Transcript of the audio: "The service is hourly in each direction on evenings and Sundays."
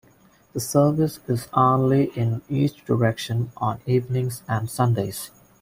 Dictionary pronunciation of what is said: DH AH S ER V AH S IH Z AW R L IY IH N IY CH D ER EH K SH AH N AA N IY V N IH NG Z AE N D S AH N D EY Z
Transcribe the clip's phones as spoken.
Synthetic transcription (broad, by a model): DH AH S ER V AH S IH Z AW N L IY IH N IY S D ER EH K SH AH N AA N IY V N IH NG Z AE N D S AH N D EY Z